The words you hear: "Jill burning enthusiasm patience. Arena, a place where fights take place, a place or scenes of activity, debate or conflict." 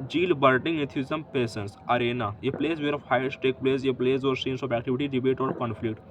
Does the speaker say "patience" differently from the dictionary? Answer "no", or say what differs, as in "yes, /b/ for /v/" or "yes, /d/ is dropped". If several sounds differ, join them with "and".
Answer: yes, /s/ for /ʃ/